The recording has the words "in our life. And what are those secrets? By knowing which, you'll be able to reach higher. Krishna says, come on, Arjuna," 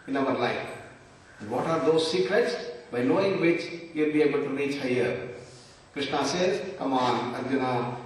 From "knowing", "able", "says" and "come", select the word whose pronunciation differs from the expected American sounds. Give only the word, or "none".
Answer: says